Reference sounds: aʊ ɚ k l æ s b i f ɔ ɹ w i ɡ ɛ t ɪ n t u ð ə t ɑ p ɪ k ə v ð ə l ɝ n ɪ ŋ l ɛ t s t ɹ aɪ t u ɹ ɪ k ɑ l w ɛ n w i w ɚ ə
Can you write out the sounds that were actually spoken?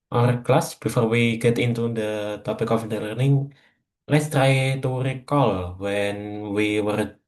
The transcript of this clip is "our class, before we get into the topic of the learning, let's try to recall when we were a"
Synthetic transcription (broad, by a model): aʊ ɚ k l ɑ s b i f ɔ ɹ w i ɡ ɛ t ɪ n t u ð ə t ɑ p ɪ k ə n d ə l ɝ n ɪ ŋ l ɛ t s t ɹ aɪ t u ɹ ɪ k ɑ l w ɛ n w i w ɚ